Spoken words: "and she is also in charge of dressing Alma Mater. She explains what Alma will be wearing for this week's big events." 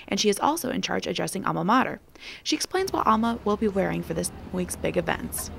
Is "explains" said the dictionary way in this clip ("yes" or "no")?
yes